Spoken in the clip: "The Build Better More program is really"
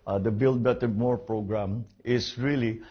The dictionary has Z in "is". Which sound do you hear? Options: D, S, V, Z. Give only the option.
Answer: S